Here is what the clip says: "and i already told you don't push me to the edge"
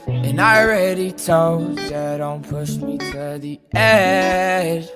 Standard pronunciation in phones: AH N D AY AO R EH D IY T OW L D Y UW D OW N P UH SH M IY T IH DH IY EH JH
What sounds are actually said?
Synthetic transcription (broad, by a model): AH N AY R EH D IY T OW D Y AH D OW N P UH SH M IY T IH DH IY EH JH